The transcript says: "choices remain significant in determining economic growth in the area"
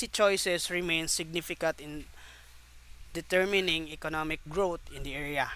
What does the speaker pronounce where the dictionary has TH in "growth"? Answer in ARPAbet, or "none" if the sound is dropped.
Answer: T